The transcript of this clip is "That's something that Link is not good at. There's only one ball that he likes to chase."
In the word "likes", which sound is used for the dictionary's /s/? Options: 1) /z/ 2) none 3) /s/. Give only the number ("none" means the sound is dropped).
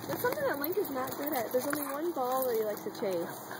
2